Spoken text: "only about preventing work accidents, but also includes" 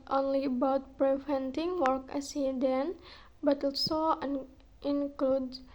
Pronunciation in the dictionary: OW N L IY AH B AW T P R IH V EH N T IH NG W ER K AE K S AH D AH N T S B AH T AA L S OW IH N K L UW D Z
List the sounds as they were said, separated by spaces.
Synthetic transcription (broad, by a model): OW N L IY AH B AW T P R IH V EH N T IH NG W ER K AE S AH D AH N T B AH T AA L S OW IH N K L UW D